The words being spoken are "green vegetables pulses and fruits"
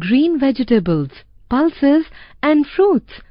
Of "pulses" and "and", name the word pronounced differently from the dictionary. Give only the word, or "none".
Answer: none